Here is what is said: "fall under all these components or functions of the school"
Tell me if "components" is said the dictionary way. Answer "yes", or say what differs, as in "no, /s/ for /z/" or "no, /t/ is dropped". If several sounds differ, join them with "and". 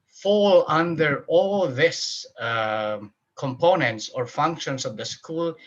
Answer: yes